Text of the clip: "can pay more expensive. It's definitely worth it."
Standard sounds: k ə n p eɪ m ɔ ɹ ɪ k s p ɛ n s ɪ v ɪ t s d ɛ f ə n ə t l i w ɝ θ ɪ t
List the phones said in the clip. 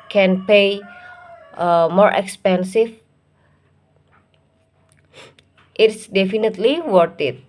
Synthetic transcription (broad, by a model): k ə n p eɪ m ɔ ɹ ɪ k s p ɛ n s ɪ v ɪ t s d ɛ f ə n ə t l i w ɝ t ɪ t